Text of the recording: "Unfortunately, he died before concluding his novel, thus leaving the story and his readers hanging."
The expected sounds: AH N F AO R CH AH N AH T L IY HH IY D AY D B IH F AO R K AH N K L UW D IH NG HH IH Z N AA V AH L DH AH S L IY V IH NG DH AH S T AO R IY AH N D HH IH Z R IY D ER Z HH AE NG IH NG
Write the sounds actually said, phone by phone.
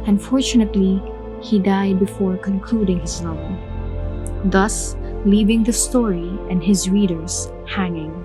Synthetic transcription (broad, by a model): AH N F AO R CH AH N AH T L IY HH IY D AY D B IH F AO R K AH N K L UW D IH NG HH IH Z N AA AH N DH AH S L IY V IH NG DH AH S T AO R IY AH N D HH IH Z R IY D ER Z HH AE NG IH NG